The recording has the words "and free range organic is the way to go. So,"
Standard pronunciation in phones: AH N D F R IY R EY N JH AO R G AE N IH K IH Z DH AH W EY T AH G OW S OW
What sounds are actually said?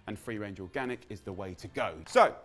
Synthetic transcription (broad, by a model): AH N F R IY R EY N JH AO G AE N IH K IH Z DH AH W EY T AH G OW S OW